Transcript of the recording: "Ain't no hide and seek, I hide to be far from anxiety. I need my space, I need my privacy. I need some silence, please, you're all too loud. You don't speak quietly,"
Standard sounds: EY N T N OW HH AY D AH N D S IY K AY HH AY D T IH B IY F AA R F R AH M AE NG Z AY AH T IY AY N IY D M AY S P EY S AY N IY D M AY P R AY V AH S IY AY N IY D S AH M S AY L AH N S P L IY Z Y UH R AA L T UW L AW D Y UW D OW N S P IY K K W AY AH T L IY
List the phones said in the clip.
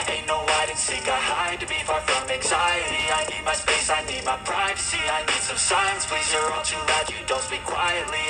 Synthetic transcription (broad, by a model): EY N N OW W AY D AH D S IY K AY HH AY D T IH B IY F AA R F R AH M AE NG Z AY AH T IY AY N IY D M AY S P EY S AY N IY D M AY P R AY V AH S IY AY N IY D S AH M S AY AH N S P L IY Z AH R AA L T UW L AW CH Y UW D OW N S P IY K K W AY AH T L IY